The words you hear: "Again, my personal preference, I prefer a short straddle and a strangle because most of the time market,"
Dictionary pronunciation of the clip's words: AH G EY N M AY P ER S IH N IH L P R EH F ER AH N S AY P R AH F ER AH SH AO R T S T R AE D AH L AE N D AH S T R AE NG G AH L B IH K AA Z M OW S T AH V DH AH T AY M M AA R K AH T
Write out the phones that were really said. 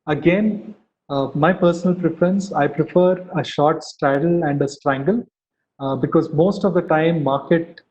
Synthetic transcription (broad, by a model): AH G EY N M AY P ER S IH N IH L P R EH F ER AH N S AY P R AH F ER AH SH AO R T S T R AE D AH L AE N D AH S T R AE NG G AH L B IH K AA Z M OW S T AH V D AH T AY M M AA R K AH T